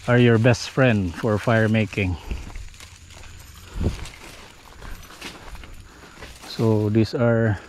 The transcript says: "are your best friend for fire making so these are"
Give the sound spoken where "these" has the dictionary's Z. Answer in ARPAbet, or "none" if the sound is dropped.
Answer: S